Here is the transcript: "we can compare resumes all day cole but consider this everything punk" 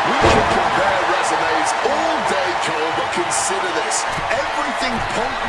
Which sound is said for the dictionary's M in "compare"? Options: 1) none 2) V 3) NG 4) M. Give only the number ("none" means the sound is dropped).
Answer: 1